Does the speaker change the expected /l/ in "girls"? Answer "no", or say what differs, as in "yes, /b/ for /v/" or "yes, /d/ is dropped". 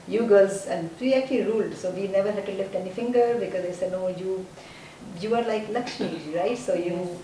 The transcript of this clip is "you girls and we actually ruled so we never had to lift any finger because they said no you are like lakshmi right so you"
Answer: yes, /l/ is dropped